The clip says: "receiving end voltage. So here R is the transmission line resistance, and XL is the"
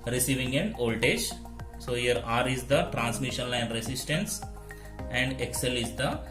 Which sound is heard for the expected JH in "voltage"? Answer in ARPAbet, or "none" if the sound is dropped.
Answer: SH